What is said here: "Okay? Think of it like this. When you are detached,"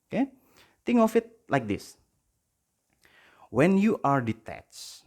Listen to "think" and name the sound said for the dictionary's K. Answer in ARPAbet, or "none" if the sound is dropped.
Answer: none